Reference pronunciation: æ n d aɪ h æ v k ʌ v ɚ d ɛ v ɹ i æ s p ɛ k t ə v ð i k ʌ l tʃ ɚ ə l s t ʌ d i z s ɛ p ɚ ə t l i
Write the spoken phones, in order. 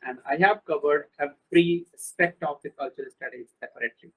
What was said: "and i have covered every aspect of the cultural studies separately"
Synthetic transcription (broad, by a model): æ n d aɪ h æ v k ʌ v ɚ d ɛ f ɹ i s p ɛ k t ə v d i k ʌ l tʃ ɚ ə l s t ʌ d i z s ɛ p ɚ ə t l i